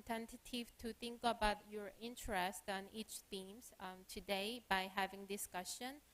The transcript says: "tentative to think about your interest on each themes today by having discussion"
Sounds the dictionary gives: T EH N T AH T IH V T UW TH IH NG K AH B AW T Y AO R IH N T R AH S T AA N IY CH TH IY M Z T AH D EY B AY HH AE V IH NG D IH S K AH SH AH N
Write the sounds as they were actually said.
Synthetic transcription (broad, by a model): T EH N T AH T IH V T UW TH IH NG K AH B AW T Y AO R IH N T R AH S T AA N IY CH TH IY M S T AH D EY B AY HH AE V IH NG D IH S K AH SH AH N